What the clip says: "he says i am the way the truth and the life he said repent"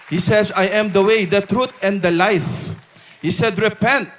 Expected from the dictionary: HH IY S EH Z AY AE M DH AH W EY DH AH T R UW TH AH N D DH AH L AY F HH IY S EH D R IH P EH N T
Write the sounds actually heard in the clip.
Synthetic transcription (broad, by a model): HH IY S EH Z AY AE M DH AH W EY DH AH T R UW T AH N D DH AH L AY F HH IY S EH D R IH P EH N T